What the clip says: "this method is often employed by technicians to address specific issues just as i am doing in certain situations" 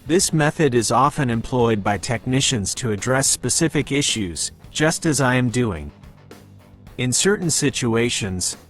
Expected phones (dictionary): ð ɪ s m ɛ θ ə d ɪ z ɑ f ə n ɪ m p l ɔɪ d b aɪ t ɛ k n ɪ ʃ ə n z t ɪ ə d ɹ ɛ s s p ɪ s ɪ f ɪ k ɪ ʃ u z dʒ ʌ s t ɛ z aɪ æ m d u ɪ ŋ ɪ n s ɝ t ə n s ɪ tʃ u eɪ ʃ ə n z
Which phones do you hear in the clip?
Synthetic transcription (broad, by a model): ð ɪ s m ɛ θ ə d ɪ z ɑ f ə n ɪ m p l ɔɪ d b aɪ t ɛ k n ɪ ʃ ə n z t ɪ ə d ɹ ɛ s s p ɪ s ɪ f ɪ k ɪ ʃ u z dʒ ʌ s t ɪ z aɪ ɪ m d u ɪ ŋ ɪ n s ɝ t n s ɪ tʃ u eɪ ʃ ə n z